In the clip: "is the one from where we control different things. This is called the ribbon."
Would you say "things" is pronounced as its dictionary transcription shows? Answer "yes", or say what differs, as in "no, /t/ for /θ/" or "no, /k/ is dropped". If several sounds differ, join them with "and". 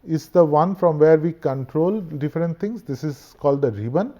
no, /t/ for /θ/